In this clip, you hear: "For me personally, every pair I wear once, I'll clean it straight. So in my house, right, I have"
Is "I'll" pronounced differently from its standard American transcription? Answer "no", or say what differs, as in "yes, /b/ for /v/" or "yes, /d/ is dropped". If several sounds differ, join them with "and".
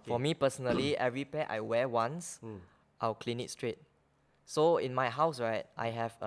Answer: yes, /w/ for /l/